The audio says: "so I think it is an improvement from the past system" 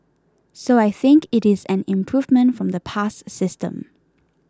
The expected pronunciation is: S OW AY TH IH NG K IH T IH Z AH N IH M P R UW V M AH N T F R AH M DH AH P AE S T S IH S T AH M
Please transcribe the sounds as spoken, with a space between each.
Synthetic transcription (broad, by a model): S OW AY TH IH NG K IH T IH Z AH N IH M P R UW V M AH N T F R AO M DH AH P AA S S IH S T AH M